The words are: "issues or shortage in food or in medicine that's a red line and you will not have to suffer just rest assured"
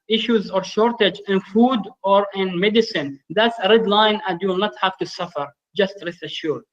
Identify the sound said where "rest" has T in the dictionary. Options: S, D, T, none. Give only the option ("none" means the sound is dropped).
none